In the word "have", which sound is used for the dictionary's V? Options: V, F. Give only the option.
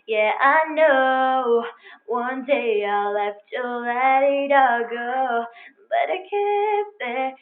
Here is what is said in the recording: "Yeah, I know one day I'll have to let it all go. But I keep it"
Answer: F